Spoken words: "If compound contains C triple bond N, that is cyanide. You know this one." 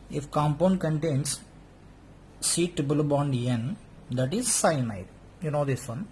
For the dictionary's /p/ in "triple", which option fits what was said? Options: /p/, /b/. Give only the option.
/b/